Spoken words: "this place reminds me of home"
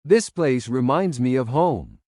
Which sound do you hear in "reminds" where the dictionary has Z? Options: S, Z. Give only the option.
Z